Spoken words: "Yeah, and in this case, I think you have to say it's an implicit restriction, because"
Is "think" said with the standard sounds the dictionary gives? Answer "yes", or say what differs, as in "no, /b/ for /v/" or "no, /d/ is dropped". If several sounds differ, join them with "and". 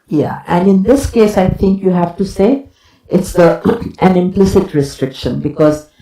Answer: no, /t/ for /θ/